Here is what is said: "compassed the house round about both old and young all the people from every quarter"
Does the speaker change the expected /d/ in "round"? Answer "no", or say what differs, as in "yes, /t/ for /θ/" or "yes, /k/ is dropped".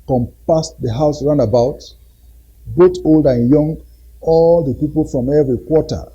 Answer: yes, /d/ is dropped